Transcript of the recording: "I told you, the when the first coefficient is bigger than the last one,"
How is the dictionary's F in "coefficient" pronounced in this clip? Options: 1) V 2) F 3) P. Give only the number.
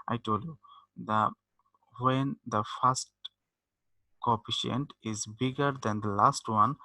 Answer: 3